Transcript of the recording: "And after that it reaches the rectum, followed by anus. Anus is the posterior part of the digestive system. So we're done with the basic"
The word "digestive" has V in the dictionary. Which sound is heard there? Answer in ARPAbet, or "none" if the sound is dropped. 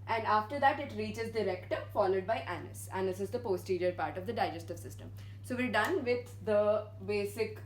V